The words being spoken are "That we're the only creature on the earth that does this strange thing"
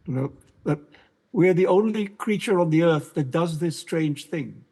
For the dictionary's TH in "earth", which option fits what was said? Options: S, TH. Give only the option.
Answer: TH